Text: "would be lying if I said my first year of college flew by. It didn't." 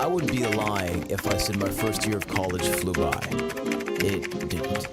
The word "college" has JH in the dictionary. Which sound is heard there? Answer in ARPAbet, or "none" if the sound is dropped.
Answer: ZH